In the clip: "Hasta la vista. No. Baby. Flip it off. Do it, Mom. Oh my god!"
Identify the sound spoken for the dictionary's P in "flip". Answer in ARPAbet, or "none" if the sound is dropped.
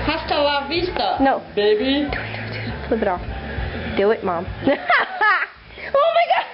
B